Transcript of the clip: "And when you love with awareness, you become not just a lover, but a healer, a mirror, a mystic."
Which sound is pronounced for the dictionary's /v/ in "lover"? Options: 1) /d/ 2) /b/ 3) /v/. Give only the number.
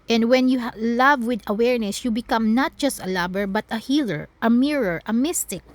2